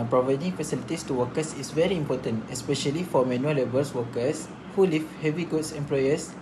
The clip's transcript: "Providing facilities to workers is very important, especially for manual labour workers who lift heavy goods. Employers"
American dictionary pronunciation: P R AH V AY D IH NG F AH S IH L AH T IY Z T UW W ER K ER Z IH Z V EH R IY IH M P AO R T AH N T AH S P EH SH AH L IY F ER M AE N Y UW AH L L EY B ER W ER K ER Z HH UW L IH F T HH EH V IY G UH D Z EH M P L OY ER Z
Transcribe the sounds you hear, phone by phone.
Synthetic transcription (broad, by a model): P R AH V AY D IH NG F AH S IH L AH T IY S T UW W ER K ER S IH S V EH R IY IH M P AO T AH N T AH S P EH SH AH L IY F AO M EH N Y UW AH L L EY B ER W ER K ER S HH UW L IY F HH EH V IY G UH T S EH M P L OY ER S